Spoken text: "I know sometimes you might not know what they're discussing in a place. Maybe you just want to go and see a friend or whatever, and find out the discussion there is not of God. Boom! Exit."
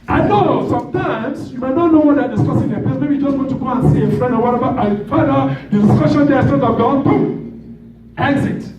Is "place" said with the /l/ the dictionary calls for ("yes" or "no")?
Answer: no